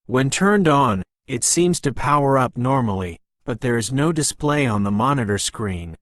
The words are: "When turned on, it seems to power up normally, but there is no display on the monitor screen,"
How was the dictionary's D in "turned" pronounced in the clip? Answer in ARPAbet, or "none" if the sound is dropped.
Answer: D